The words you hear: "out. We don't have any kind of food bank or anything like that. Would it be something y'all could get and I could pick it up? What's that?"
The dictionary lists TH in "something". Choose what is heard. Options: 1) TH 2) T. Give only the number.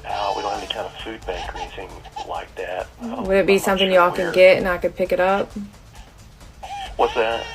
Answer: 1